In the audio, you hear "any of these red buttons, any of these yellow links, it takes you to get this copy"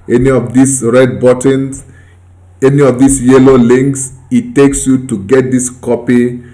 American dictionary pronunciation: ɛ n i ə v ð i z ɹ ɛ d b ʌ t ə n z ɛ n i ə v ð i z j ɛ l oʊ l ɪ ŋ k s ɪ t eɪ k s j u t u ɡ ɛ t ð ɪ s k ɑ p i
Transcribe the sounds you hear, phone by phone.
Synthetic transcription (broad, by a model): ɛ n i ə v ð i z ɹ ɛ d b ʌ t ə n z ɛ n i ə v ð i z j ɛ l oʊ l ɪ ŋ k s ɪ t eɪ k s j u t u ɡ ɛ t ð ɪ s k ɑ p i